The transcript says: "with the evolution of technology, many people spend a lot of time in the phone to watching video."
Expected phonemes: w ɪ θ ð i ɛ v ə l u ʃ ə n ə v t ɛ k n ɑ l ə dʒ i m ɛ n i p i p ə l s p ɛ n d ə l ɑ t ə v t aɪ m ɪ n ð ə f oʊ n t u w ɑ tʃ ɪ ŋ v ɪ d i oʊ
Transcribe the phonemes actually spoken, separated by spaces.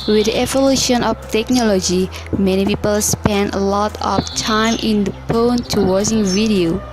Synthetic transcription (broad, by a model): w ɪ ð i ɛ v ə l u ʃ ə n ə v t ɛ k n ɑ l ə dʒ i m ɛ n i p i p ə l s p ɛ n d ə l ɑ t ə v t aɪ m ɪ n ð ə p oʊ n t u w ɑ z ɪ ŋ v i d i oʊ